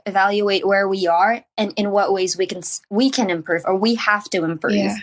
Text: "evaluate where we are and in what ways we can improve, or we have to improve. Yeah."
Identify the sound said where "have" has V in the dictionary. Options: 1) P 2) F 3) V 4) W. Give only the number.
2